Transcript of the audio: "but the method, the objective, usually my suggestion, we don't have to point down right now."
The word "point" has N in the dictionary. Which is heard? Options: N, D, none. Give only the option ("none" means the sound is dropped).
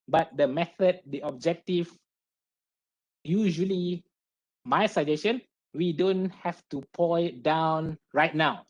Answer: none